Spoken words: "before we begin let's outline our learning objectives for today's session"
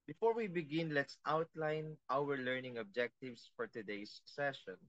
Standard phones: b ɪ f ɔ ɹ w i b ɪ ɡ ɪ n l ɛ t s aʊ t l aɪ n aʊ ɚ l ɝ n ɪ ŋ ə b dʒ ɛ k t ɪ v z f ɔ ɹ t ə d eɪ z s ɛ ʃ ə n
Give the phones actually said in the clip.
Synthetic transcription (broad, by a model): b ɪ f ɔ ɹ w i b ɪ ɡ ɪ n l ɛ t s aʊ t l aɪ n aʊ ɚ l ɝ n ɪ ŋ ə b dʒ ɛ k t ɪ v s f ɔ ɹ t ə d eɪ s ɛ ʃ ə n